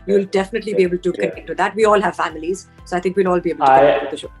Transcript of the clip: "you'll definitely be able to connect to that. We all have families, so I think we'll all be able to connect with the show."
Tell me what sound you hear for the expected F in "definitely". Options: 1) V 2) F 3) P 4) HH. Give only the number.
2